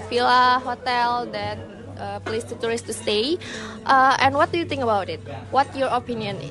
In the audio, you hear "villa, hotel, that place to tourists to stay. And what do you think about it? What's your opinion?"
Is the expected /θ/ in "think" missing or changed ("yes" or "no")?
yes